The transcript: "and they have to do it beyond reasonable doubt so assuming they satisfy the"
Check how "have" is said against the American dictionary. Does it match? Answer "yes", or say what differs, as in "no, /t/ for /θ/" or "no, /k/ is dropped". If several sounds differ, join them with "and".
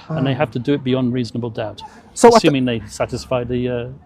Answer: no, /f/ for /v/